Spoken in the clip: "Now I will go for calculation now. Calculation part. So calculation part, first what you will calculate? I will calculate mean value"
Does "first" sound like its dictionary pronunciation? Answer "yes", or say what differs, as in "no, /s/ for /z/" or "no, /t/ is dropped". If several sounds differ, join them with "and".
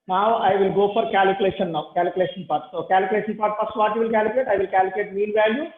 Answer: no, /p/ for /f/